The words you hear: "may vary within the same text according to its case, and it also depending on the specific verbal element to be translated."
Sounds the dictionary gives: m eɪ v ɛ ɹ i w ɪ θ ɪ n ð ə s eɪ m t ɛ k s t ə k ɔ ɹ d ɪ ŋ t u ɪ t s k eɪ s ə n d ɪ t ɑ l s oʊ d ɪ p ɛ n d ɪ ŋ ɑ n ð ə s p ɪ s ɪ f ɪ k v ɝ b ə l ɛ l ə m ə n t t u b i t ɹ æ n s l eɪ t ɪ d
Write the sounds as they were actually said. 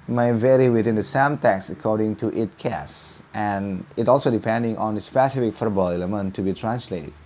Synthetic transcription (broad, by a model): m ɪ v ɛ ɹ i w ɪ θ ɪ n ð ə s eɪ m t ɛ k s ə k ɔ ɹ d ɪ ŋ t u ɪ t k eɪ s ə n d ɪ t ɑ l s oʊ d ɪ p ɛ n d ɪ ŋ ɑ n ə s p ɪ s ɪ f ɪ k f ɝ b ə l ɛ l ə m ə n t t u b i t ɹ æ n s l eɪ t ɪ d